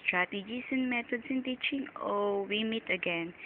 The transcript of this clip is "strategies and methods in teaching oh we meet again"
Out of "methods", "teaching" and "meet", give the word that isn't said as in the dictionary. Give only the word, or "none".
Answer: methods